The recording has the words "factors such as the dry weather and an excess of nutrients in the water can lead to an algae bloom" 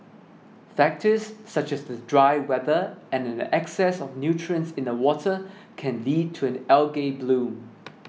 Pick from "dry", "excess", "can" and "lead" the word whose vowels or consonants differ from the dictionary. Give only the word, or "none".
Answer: none